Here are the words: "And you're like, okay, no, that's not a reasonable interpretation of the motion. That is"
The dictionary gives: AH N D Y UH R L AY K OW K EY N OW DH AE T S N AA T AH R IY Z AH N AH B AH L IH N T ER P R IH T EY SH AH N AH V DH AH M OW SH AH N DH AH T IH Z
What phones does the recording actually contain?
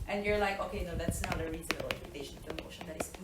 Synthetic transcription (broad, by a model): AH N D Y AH R L AY K OW K EY N OW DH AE T S N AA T AH R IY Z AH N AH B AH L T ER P IH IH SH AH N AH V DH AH M OW SH AH N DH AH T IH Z